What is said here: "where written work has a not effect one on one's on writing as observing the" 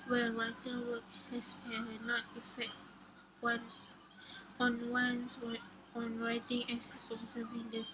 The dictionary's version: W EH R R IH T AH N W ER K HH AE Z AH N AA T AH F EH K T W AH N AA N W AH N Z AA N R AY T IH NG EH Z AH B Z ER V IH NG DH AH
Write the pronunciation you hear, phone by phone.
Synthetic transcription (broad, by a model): W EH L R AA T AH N W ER K HH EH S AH N AA T AH F EH K T W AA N AA N W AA N S AA N R AY T IH NG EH S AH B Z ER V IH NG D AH